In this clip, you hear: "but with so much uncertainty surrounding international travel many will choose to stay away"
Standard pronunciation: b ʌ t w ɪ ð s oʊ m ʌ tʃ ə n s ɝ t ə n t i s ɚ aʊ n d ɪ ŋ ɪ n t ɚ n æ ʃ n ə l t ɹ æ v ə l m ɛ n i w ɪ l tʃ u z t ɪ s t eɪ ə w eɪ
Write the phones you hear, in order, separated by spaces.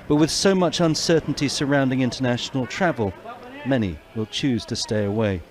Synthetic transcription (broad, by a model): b ʌ t w ɪ ð s oʊ m ʌ tʃ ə n s ɝ t n t i s ɚ aʊ n d ɪ ŋ ɪ n t ɚ n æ ʃ n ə l t ɹ æ v ə l m ɛ n i w ɪ l tʃ u z t ɪ s t eɪ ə w eɪ